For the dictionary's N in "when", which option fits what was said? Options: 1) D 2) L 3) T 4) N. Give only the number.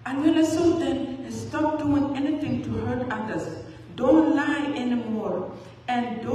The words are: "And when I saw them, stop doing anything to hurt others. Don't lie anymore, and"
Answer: 2